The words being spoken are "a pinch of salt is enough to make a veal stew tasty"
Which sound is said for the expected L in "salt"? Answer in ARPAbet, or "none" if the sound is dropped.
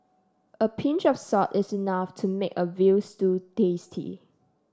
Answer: none